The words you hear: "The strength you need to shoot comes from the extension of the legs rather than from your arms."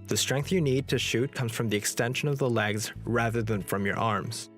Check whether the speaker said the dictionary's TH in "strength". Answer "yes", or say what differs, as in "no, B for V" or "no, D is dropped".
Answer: yes